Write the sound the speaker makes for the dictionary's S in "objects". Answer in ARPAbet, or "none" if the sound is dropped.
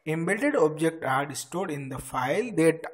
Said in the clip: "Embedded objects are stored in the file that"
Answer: none